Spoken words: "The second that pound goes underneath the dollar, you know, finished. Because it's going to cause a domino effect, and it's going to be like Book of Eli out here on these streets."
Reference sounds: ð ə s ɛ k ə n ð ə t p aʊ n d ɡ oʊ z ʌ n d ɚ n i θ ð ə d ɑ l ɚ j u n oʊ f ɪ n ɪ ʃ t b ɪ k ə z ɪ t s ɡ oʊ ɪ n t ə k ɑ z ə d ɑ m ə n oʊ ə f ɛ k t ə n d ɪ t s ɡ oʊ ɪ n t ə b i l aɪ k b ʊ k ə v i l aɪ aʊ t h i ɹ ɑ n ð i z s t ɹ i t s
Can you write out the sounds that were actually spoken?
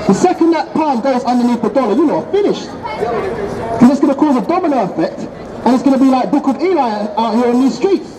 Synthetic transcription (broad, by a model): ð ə s ɛ k ə n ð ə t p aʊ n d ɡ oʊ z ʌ n d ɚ n i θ ð ə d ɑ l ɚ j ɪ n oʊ f ɪ n ɪ ʃ t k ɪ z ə ɪ t s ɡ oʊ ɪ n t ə k ɑ z ə d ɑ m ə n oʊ ə f ɛ k t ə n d ɪ t s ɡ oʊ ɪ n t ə b i l aɪ k b ʊ k ə v i l aɪ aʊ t h i ɹ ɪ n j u s t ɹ i t s